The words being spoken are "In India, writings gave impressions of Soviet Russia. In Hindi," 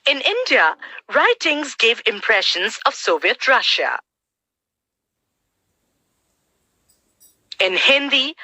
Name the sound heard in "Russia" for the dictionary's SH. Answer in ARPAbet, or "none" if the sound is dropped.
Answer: SH